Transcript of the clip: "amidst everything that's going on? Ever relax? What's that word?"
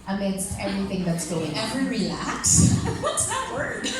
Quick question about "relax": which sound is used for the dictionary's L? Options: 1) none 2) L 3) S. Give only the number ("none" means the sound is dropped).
1